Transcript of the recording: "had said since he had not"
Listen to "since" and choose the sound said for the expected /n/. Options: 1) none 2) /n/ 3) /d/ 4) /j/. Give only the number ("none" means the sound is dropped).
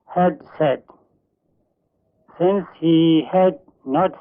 2